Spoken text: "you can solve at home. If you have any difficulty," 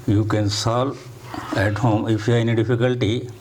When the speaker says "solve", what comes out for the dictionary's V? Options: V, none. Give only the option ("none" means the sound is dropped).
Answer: none